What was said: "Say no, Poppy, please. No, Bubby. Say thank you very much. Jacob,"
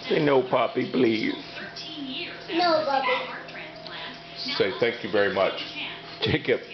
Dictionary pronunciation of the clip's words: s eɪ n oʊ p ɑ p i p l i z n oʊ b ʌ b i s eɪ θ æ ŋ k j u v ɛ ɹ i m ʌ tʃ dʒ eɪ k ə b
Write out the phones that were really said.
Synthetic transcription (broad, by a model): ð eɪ n oʊ p ɑ p i b l i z n oʊ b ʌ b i s eɪ θ æ ŋ k j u v ɛ ɹ i m ʌ tʃ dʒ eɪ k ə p